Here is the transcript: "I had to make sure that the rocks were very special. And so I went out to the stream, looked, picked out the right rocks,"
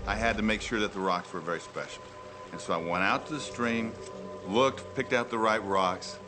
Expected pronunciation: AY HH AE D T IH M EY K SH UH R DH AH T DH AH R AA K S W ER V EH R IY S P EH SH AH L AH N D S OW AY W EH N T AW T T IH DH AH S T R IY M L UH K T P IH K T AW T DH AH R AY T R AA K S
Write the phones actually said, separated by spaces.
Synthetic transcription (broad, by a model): AY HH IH D T IH M EY K SH UH R DH AH T DH AH R AA K S W ER V EH R IY S P EH SH L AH N S OW AY W EH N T AW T T IH DH AH S T R IY M L UH K T P IH K T AW T DH AH R AY T R AA K S